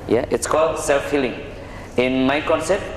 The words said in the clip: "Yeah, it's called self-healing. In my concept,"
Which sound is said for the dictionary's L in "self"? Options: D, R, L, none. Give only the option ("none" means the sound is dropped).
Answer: L